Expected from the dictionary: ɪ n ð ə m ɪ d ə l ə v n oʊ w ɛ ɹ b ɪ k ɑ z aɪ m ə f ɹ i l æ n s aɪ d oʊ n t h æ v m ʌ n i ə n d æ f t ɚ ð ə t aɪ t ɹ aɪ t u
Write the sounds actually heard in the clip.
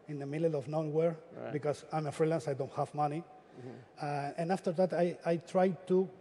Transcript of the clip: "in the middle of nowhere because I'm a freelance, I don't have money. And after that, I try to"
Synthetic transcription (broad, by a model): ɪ n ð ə m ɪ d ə n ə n w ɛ ɹ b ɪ k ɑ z aɪ m ə f ɹ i l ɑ n s aɪ d oʊ n t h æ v m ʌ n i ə n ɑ f t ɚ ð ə t aɪ t ɹ aɪ t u